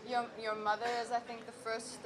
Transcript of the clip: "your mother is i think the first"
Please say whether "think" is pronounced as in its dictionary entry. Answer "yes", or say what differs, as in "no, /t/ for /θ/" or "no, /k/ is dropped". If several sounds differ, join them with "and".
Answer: yes